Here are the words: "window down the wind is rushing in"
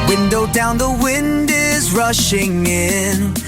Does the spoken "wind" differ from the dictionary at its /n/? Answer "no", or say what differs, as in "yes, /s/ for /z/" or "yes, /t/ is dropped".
no